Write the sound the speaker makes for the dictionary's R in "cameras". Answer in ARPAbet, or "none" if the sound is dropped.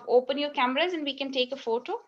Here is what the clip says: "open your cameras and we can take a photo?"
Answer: R